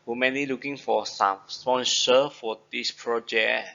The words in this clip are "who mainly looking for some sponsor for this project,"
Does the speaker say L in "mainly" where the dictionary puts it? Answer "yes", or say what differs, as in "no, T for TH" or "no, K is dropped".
no, L is dropped